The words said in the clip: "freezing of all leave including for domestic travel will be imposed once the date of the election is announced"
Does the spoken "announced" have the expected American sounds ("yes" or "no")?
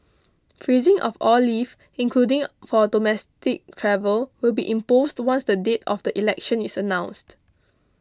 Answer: yes